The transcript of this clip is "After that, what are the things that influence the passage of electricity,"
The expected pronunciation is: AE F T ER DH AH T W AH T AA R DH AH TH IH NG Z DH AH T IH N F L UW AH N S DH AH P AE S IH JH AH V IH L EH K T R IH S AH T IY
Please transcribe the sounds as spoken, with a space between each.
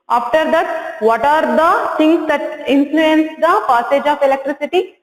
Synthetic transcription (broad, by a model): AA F T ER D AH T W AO T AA R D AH S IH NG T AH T IH N F L UW AH N S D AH P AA S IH JH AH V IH L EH K T R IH S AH T IY